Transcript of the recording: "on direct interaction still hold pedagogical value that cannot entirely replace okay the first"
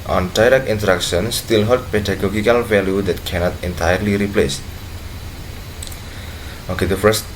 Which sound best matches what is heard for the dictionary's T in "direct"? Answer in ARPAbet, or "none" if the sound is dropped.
none